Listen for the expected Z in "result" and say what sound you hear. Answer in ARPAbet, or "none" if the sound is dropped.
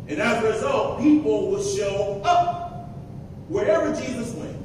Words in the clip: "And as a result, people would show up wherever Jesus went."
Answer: Z